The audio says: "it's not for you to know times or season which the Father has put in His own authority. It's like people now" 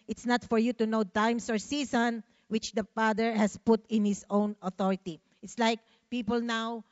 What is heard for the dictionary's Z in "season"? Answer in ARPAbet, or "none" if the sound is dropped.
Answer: S